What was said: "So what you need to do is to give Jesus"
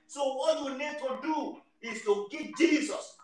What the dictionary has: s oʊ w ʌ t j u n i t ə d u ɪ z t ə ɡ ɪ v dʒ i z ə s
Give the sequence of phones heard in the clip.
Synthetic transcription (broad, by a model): s oʊ w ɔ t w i n i t ə d u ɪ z t ə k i p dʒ i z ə s